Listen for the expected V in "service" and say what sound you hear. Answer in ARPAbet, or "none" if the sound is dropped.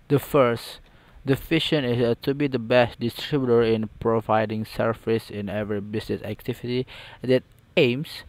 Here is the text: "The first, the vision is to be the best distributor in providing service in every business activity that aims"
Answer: F